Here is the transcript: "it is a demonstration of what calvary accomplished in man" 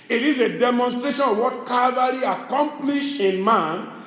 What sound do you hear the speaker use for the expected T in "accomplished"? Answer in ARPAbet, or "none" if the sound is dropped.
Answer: none